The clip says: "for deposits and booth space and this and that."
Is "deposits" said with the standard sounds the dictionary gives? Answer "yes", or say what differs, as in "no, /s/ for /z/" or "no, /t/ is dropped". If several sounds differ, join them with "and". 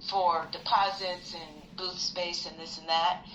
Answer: yes